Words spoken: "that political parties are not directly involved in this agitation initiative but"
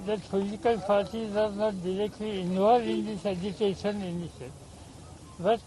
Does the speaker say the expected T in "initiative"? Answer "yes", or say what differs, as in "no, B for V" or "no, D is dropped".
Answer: no, S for T